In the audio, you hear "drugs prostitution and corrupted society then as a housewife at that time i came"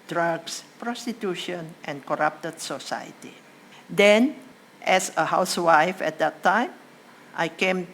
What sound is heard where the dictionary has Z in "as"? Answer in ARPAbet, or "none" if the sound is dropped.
S